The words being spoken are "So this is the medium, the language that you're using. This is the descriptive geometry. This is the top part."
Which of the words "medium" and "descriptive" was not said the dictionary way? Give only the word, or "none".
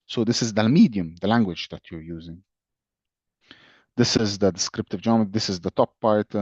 none